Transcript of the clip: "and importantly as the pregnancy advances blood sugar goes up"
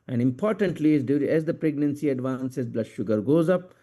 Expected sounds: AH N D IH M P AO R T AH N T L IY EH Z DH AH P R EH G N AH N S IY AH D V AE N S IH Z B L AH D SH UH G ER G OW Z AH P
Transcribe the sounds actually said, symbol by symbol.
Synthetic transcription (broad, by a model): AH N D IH M P AO R T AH N T L IY EH Z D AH P R EH G N AH N S IY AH D V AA N S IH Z B L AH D SH UH G ER G OW Z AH P